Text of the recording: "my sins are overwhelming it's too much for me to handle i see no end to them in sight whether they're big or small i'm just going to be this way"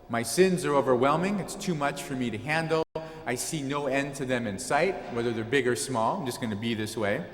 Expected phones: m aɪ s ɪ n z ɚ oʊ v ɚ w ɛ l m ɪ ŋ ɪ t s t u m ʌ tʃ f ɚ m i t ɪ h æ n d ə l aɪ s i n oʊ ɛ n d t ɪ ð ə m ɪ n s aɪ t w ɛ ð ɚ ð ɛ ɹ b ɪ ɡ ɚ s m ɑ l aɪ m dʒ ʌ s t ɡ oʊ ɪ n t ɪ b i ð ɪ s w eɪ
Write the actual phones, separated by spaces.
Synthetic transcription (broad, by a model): m aɪ s ɪ n z ɚ oʊ v ɚ w ɛ l m ɪ ŋ ɪ t s t u m ʌ tʃ f ɚ m i t ɪ h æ n d l aɪ s i n oʊ ɛ n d t ɪ ð ə m ɪ n s aɪ t w ɛ ð ɚ ð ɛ ɹ b ɪ ɡ ɚ s m ɑ l aɪ m dʒ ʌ s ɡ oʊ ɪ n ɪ b i ð ɪ s w eɪ